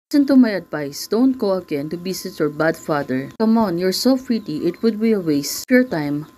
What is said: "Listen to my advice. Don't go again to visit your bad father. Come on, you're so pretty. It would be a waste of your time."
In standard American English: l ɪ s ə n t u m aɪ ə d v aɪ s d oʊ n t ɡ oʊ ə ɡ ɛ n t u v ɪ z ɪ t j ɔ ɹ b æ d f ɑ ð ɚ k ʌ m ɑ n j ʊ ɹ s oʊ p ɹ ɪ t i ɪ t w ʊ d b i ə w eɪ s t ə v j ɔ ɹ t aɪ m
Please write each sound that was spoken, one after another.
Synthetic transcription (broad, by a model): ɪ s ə n t u m aɪ ə d v aɪ s d oʊ n t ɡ oʊ ə ɡ ɛ n t u b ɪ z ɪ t j ɔ ɹ b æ d f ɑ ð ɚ k ʌ m ɑ n j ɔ ɹ s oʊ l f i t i ɪ t w ʊ d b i ə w eɪ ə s j ɔ ɹ t aɪ m